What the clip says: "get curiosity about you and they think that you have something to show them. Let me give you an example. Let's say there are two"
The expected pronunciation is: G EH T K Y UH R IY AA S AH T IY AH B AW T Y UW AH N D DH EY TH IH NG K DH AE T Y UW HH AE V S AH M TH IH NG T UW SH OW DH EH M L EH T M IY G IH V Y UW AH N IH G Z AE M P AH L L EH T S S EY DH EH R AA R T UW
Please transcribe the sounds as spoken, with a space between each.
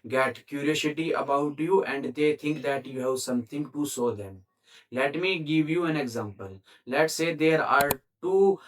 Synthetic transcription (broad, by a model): G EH T K Y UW R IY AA S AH T IY AH B AW T Y UW AH N D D EY T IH NG K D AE T Y UW HH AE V S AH M T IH NG T UW S OW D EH M L EH T M IY G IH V Y UW AH N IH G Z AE M P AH L L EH T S S EY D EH R AA R T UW